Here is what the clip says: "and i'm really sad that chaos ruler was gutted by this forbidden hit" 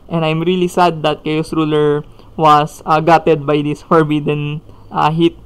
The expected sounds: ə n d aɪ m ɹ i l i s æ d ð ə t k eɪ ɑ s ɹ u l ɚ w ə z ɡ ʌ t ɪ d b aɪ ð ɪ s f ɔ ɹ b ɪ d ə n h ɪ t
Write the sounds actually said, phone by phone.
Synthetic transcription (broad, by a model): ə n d aɪ m ɹ i l i s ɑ d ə t k eɪ ɑ s ɹ u l ɚ w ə s ɡ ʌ t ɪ d b aɪ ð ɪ s f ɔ ɹ b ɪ d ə n h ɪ t